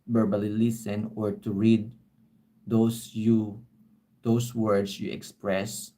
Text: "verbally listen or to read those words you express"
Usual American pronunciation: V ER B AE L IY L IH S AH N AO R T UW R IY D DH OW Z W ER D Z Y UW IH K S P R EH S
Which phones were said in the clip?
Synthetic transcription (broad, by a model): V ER B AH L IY L IH S AH N AO R T UW R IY D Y OW S W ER D S Y UW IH K S P R EH S